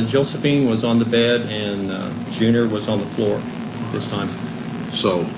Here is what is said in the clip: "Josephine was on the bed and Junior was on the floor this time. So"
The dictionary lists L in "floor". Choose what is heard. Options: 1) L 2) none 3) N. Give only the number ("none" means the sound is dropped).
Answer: 1